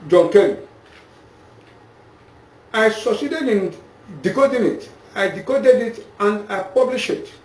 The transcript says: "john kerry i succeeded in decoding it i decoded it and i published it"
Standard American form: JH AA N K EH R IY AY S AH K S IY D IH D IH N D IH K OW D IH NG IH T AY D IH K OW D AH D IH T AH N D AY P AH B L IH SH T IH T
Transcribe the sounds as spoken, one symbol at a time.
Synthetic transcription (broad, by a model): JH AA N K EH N AY S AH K S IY D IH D IH N D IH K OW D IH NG IH T AY D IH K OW D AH D IH T AH N D AY P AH B L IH SH IH T